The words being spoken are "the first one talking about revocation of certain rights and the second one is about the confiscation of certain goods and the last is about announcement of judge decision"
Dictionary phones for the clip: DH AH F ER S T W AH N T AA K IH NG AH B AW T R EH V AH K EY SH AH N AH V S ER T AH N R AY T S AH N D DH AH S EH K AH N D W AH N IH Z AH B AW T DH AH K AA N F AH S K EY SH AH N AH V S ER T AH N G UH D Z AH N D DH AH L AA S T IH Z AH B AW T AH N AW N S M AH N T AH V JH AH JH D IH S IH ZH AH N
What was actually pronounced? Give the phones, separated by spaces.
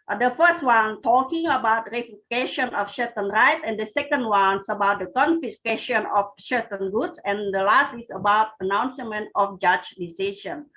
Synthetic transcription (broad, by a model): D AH F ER S T W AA N T AA K IH NG AH B AW T R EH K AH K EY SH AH N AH F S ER T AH N R AY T AH N D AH S EH K AH N D W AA N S AH B AW T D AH K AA N F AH S K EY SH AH N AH F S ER T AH N G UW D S AH N D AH L AA S T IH S AH B AW T AH N AW N S M AH N T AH F JH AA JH D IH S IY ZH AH N